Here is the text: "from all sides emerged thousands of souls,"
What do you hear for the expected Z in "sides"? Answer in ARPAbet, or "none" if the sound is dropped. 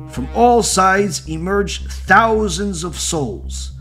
Z